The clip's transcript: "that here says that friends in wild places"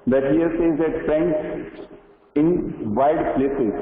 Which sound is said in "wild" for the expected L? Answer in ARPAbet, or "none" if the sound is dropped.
none